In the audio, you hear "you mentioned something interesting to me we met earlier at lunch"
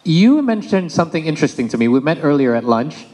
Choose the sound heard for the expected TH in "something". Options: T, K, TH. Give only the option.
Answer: TH